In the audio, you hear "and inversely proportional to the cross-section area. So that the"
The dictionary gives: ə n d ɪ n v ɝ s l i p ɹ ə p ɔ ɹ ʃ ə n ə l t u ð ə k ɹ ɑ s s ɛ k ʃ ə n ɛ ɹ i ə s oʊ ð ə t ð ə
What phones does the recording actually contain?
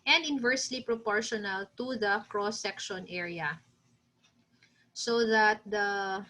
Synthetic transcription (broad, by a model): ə n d ɪ n v ɝ s l i p ɹ ə p ɔ ɹ ʃ ə n ə l t u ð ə k ɹ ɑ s s ɛ k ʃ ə n ɛ ɹ i ə s oʊ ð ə t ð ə